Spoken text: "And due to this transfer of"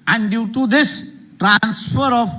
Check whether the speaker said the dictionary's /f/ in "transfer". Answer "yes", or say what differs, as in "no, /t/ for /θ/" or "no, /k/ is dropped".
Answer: yes